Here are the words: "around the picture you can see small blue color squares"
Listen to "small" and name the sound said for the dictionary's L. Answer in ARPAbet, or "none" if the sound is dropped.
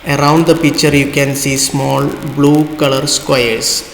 L